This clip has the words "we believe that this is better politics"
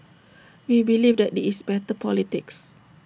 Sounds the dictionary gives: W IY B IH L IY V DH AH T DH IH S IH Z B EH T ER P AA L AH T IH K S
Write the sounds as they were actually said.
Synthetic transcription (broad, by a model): W IY B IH L IY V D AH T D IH IH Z B EH T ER P AA L AH T IH K S